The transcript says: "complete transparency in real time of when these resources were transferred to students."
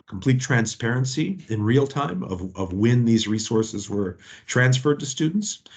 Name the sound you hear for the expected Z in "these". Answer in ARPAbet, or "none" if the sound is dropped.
Z